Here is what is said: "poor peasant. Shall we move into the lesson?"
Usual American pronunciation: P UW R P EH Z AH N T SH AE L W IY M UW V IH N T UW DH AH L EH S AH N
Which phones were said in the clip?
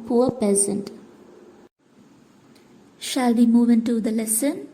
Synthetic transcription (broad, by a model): P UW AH P EH Z AH N T SH AE L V IY M UW V IH N T UW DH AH L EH S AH N